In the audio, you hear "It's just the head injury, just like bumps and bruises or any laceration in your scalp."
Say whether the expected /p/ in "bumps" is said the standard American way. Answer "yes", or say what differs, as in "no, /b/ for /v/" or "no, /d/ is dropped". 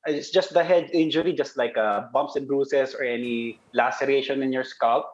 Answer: yes